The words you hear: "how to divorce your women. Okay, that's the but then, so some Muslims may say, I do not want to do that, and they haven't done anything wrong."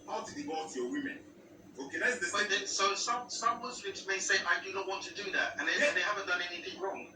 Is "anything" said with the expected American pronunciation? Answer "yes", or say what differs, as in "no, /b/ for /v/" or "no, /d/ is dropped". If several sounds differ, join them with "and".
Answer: yes